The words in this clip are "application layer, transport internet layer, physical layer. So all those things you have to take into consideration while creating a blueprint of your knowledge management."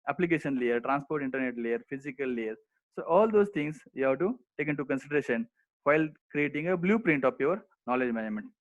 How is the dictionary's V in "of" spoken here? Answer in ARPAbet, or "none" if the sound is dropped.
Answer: P